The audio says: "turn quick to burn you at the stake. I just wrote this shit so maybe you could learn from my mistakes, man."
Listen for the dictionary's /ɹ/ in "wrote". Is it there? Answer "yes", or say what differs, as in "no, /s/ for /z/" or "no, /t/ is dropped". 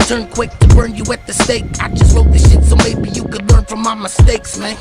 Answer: no, /l/ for /ɹ/